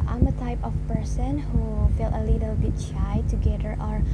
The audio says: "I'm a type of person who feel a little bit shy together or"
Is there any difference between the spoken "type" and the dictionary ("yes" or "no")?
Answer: no